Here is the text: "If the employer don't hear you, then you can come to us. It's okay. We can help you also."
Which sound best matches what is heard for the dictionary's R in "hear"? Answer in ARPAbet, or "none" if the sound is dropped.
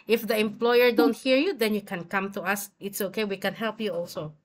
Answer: R